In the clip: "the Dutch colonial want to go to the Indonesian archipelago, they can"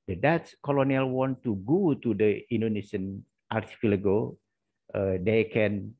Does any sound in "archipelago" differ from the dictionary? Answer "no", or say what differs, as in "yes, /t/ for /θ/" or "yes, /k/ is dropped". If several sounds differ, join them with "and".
yes, /f/ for /p/